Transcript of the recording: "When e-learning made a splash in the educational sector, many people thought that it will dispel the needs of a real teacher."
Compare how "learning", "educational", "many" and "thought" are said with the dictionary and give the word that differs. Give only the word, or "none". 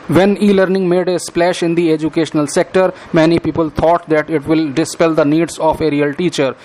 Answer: thought